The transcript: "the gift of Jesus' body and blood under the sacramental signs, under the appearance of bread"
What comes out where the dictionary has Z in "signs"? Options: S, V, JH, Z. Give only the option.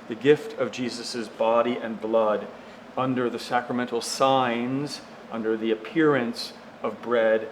Z